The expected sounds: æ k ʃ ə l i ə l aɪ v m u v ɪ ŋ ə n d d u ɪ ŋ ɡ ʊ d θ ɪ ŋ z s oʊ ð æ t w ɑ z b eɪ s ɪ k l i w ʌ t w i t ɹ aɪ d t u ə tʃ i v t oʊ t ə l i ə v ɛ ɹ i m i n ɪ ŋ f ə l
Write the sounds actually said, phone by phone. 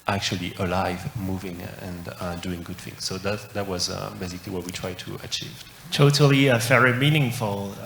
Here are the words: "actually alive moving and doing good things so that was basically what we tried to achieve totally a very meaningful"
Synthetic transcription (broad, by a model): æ k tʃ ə l i ə l aɪ v m u v ɪ ŋ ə n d d u ɪ ŋ ɡ ʊ d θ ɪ ŋ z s oʊ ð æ t w ɑ z b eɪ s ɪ k l i w ʌ t w i t ɹ aɪ d t u ə tʃ i v t oʊ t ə l i ə f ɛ ɹ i m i n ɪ ŋ f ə l